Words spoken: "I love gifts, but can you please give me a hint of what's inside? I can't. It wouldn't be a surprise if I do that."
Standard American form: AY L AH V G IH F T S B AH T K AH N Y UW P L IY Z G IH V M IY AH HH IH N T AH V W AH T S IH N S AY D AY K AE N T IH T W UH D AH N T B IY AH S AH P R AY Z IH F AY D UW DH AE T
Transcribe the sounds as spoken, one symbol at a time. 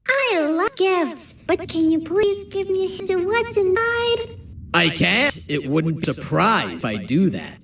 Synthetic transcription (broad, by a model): AY L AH G IH F T S B AH T K AH N Y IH P L IY Z G IH V M IY AH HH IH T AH W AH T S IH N AY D AY K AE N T IH T W UH D N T B IY AH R P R AY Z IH F AY D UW DH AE T